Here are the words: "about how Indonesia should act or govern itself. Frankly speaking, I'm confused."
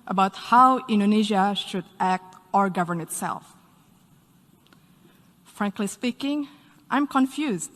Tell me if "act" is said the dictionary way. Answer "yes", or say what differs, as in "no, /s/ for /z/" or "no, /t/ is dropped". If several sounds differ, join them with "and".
yes